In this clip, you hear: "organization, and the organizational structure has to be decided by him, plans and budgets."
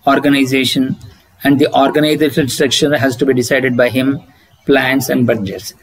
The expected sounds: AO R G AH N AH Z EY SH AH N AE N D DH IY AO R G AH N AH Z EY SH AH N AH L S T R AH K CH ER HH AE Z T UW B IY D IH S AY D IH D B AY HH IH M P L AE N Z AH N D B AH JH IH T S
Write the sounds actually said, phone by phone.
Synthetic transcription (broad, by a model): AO R G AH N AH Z EY SH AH N AE N D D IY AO R G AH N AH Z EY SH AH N S T R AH K SH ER HH AE Z T UW B IY D IH S AY D IH D B AY HH IH M P L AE N S AH N D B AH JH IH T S